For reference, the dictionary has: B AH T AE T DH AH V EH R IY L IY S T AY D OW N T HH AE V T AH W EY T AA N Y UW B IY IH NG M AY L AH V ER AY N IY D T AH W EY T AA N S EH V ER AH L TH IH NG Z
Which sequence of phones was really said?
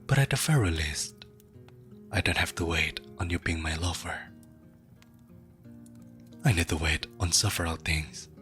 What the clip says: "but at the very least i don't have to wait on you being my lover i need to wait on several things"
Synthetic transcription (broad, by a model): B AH T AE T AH F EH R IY L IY S T AY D OW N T HH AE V T AH W EY T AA N Y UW B IY IH NG M AY L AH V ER AY N IY D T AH W EY T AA N S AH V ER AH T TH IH NG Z